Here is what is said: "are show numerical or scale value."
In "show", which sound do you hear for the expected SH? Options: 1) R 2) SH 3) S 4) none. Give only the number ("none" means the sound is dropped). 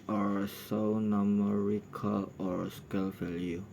3